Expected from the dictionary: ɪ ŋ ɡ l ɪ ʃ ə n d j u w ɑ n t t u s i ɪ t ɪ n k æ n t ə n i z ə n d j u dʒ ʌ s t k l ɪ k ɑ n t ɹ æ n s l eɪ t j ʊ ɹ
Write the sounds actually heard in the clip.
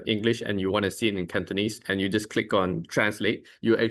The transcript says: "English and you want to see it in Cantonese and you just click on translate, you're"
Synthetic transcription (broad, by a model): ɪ ŋ ɡ l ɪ ʃ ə n j u w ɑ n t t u s i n ɪ n k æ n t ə n i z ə n j u dʒ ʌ s k l ɪ k ɑ n t ɹ æ n s l eɪ t j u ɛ